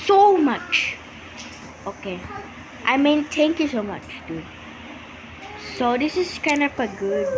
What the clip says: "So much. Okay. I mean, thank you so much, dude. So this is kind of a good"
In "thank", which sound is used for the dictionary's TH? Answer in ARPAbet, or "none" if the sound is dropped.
T